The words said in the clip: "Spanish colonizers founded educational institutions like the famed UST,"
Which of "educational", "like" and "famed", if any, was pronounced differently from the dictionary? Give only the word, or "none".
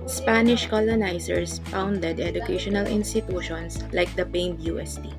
famed